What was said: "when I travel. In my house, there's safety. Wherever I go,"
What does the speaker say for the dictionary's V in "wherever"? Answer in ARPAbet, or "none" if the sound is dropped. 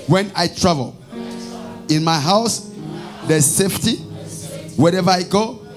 V